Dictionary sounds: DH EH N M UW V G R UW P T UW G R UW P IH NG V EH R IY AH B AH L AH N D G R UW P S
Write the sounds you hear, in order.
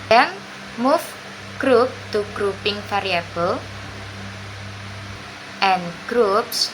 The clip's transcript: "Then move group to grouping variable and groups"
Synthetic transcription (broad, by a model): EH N M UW F G R UW P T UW G R UW P IH NG F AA R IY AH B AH L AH N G R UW P S